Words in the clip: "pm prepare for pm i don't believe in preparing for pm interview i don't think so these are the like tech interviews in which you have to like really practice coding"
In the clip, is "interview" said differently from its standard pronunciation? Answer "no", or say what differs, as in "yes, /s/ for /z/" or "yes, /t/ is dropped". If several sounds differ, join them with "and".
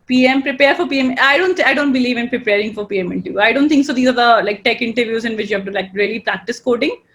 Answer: yes, /v/ is dropped